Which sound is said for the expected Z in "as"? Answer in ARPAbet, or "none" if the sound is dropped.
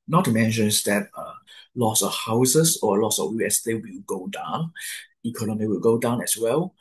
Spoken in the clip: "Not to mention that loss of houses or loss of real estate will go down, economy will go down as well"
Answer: S